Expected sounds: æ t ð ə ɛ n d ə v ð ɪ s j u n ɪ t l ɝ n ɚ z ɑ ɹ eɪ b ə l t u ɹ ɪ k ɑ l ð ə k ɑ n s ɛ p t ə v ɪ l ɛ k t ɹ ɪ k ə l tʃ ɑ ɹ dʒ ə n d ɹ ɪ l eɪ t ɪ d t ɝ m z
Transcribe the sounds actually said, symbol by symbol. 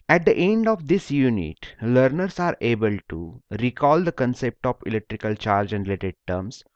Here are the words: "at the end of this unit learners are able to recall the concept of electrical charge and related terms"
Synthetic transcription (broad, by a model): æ t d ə ɛ n d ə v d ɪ s j u n ɪ t l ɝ n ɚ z ɑ ɹ eɪ b ə l t u ɹ ɪ k ɑ l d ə k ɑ n s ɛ p t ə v ɪ l ɛ k t ɹ ɪ k ə l tʃ ɑ ɹ dʒ ə n d ɹ ɪ l eɪ t ɪ d t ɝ m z